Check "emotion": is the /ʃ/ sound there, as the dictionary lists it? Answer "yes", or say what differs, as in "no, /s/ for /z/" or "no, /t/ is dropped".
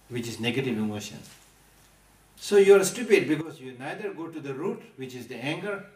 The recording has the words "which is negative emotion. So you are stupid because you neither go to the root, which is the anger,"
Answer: yes